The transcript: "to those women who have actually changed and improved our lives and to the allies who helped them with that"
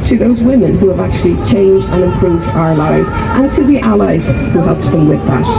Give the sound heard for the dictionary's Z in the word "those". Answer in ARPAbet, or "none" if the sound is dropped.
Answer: Z